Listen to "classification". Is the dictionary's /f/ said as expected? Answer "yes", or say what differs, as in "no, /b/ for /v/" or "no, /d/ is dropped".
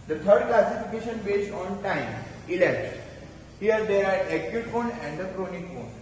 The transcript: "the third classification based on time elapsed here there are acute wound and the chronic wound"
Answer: yes